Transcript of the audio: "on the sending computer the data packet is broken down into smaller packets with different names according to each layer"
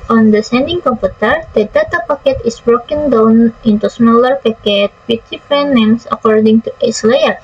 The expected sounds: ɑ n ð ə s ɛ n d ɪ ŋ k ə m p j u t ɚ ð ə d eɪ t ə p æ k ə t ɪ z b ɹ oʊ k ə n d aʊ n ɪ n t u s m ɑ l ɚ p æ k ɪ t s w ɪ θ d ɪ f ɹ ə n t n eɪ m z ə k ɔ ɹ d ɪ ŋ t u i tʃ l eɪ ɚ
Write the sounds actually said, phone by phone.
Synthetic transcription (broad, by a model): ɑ n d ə s ɛ n d ɪ ŋ k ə m p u t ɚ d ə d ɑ t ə p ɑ k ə t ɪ s b ɹ oʊ k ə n d aʊ n ɪ n t u s m ɑ l ɚ p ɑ k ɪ t w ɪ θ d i f ɹ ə n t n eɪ m s ə k ɔ ɹ d ɪ ŋ t u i s l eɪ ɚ